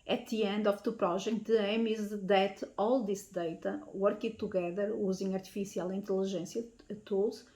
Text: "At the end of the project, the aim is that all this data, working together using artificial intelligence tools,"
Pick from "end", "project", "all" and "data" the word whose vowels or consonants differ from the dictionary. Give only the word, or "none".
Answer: project